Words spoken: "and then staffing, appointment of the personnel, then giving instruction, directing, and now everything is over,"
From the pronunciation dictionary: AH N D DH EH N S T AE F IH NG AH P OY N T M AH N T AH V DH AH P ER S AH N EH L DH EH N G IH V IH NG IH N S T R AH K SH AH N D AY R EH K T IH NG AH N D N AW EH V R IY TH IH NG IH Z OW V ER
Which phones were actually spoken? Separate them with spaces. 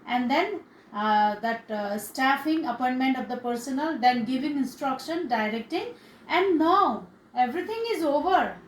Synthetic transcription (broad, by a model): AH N D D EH N S T AE F IH NG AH P OY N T M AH N T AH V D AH P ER S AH N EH L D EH N G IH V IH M IH N S T R AH K SH AH N D AY R EH K T IH NG AH N D N AW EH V R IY T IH NG IH Z OW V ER